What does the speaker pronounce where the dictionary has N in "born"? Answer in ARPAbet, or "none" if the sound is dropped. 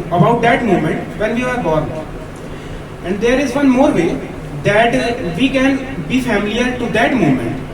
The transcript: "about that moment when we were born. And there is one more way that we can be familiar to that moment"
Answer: none